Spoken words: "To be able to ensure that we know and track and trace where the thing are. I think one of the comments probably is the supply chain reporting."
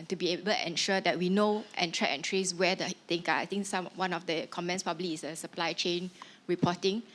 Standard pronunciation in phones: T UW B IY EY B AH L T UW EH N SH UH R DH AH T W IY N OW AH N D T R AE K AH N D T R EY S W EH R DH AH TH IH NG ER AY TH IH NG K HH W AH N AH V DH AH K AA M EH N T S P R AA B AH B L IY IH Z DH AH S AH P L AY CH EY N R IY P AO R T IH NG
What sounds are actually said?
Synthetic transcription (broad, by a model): T UW B IY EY B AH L T UW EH N SH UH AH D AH T W IY N OW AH N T R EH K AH N T R EY S W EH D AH T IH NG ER AY T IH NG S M W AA N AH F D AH K AA M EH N S P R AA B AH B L IY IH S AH S AH P L AY CH EY N R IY P AO T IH NG